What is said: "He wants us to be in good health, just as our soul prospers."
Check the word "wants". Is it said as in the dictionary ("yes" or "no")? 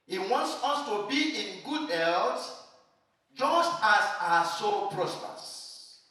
yes